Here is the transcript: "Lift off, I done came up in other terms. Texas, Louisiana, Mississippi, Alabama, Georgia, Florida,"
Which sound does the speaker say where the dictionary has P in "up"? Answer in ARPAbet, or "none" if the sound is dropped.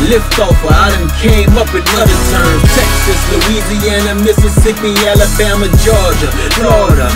P